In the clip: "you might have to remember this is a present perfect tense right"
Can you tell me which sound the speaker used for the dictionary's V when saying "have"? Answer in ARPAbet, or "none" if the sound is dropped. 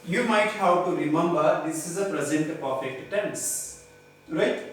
W